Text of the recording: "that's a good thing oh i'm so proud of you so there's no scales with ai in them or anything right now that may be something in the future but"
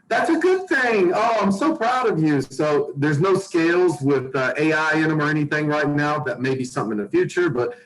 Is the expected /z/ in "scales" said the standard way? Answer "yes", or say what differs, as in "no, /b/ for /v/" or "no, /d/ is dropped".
yes